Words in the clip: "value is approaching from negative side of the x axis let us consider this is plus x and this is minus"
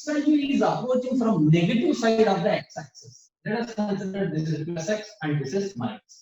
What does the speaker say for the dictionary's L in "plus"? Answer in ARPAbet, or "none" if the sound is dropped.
none